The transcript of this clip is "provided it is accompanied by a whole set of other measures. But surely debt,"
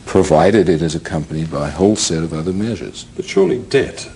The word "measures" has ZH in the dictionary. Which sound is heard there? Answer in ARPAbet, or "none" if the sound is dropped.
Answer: ZH